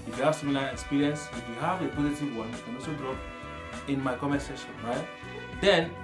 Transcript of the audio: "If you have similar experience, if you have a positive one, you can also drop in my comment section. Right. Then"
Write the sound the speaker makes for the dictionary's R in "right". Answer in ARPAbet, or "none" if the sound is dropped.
R